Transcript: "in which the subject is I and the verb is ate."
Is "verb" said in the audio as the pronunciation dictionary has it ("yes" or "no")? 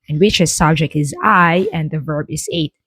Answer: yes